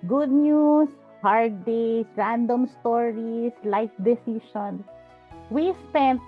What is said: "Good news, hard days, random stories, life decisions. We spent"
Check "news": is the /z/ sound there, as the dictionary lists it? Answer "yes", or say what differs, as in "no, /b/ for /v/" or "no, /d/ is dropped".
no, /s/ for /z/